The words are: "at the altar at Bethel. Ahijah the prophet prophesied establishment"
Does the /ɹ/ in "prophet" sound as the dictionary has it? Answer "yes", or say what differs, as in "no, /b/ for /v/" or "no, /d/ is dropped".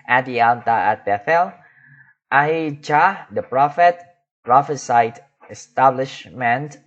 yes